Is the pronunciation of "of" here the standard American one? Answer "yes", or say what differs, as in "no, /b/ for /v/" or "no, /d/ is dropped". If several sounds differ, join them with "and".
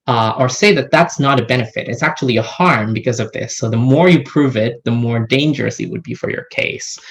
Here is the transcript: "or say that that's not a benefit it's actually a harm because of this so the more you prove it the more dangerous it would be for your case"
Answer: yes